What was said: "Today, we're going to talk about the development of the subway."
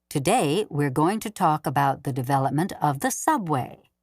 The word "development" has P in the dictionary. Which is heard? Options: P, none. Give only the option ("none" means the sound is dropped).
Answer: P